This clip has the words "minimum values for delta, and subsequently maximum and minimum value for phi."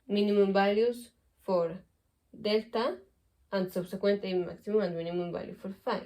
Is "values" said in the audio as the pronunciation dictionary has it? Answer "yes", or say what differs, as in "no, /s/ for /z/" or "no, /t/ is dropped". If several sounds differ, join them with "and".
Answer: no, /b/ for /v/ and /s/ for /z/